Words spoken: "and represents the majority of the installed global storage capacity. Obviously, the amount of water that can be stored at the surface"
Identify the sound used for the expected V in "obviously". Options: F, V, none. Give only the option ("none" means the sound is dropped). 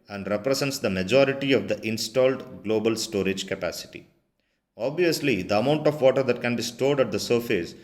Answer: V